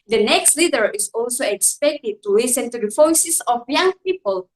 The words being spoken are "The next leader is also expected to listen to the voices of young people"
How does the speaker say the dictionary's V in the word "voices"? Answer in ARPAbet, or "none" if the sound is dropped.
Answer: F